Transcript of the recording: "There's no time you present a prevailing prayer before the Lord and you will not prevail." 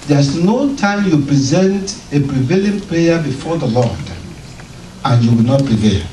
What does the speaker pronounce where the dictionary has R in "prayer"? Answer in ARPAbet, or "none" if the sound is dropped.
L